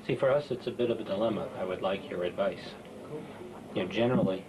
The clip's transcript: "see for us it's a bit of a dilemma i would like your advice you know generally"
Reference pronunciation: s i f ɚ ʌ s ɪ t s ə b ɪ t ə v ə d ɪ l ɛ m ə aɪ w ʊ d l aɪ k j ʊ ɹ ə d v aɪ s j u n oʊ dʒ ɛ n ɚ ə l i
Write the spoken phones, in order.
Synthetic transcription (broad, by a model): s i f ɚ ʌ s ɪ t s ə b ɪ t ə v ə d ɪ l ɛ m ə aɪ w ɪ d l aɪ k j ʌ ɹ ə d v aɪ s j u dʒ ɛ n ɚ l i